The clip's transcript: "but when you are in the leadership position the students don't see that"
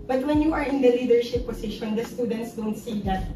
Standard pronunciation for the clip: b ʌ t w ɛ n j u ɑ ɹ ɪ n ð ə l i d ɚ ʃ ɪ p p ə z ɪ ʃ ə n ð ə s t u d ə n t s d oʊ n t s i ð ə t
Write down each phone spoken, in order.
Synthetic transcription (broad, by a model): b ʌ t w ɛ n j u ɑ ɹ ɪ n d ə l i d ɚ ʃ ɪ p p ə s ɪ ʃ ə n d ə s t u d ə n t s d oʊ n t s i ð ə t